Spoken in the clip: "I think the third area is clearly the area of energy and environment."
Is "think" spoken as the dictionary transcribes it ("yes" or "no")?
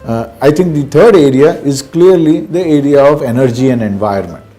no